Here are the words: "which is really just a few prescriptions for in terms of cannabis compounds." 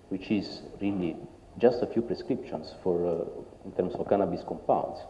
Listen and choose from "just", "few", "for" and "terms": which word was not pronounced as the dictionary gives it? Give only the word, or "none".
terms